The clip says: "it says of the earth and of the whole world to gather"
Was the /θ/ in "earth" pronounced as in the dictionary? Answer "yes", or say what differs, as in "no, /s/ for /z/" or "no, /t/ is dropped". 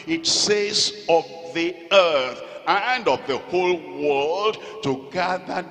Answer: yes